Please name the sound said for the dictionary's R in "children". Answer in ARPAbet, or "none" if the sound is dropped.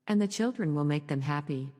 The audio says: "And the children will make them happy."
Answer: R